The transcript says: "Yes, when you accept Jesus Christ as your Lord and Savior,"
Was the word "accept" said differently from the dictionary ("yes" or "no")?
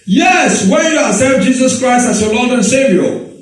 yes